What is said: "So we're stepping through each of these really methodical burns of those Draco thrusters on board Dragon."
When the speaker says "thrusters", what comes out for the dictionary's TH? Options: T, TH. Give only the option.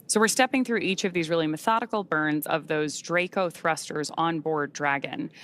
TH